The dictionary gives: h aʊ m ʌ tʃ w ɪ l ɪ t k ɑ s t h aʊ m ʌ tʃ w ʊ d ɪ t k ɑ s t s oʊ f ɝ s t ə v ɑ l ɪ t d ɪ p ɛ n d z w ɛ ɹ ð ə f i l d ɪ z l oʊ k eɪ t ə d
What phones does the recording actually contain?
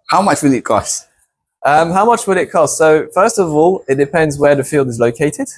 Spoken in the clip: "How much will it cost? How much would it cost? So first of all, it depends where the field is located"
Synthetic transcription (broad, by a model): h aʊ m ʌ tʃ w ɪ l ɪ t k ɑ s t h aʊ m ʌ tʃ w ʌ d ɪ t k ɑ s t s oʊ f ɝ s t ə v ɑ l ɪ t d ɪ p ɛ n d z w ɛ ð ə f i l d ɪ z l oʊ k eɪ t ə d